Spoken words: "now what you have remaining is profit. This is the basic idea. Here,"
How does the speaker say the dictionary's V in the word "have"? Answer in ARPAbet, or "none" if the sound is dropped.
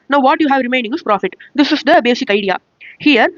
V